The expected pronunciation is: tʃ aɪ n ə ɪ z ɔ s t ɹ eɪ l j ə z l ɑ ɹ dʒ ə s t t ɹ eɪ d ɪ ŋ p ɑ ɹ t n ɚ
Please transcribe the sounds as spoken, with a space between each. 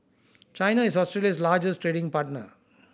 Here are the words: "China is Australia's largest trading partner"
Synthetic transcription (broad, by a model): tʃ aɪ n ə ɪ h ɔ s t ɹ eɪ l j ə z l ɑ ɹ dʒ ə s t t ɹ eɪ d ɪ ŋ p ɑ ɹ t n ɚ